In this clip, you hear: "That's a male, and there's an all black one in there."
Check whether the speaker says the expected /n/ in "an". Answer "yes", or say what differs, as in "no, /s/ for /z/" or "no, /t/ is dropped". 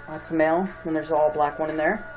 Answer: no, /l/ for /n/